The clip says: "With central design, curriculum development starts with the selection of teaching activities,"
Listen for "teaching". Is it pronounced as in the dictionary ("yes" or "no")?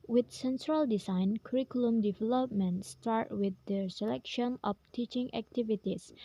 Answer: yes